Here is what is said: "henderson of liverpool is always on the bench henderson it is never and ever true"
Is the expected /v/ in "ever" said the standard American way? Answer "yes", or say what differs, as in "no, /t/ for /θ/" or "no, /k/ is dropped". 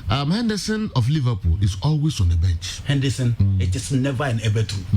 no, /b/ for /v/